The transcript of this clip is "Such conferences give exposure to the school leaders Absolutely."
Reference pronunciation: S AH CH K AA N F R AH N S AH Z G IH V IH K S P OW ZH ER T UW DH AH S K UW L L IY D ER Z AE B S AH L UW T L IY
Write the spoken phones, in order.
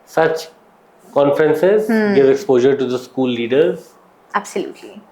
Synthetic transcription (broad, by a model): S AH CH K AA N F R AH N S AH Z G IH V IH K S P OW ZH ER T UW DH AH S K UW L L IY D ER Z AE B S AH L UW T L IY